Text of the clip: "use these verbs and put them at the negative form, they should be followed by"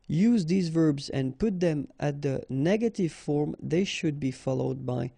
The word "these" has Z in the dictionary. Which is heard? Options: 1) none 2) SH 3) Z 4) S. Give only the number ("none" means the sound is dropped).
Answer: 3